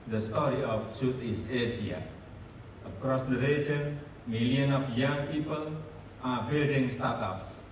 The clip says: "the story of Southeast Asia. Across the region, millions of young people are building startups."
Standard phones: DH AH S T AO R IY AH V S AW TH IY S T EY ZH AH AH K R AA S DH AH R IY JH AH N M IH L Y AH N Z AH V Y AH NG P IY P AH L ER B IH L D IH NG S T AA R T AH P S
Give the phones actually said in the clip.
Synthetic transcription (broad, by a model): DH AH S T AO R IY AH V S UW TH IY S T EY S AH AH K R AA S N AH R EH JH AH N M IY L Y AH N AH F Y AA NG P IY P AH L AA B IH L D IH NG S T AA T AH P S